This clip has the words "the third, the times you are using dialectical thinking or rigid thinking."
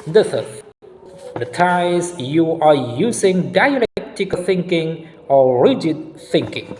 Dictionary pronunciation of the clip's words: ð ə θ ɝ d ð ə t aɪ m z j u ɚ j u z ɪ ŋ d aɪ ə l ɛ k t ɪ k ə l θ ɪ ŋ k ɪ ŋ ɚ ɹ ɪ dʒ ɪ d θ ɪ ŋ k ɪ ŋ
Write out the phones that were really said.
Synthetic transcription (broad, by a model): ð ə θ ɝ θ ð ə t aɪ z j u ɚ j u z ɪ ŋ d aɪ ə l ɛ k t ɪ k θ ɪ ŋ k ɪ ŋ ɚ ɹ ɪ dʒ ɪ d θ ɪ ŋ k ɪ ŋ